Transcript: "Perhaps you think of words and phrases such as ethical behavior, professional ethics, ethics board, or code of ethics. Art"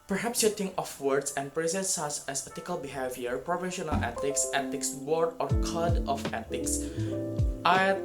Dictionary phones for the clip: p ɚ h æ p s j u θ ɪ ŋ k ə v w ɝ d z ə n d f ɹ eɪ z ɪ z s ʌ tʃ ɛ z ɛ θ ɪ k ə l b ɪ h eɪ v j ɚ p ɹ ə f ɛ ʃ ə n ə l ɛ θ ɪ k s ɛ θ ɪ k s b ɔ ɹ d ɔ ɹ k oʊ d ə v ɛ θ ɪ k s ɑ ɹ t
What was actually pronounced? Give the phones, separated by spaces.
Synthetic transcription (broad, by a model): p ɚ h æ p s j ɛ t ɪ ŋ ə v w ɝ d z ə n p ɹ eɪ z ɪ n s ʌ s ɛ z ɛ t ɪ k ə l b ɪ h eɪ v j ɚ p ɹ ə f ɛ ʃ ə n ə l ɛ t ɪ k s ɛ t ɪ k s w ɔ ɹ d ɔ ɹ k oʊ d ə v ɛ t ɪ k s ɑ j